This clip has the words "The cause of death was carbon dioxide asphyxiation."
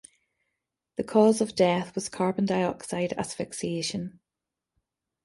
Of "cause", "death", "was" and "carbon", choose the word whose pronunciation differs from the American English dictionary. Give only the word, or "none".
none